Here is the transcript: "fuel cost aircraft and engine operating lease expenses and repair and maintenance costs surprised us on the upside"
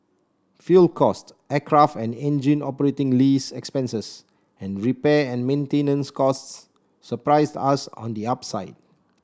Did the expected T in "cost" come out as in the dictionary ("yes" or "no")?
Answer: yes